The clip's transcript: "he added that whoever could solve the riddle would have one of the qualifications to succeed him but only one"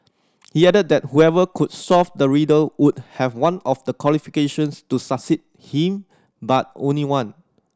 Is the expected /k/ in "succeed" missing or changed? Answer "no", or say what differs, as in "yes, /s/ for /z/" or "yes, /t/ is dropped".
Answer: yes, /k/ is dropped